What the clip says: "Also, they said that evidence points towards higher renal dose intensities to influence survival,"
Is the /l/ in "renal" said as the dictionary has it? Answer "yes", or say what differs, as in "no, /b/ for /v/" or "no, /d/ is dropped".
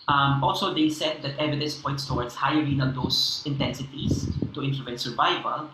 no, /n/ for /l/